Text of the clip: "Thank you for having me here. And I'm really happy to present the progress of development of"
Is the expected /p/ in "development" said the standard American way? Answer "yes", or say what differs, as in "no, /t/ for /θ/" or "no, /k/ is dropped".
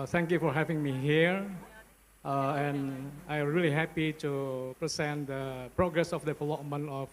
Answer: no, /p/ is dropped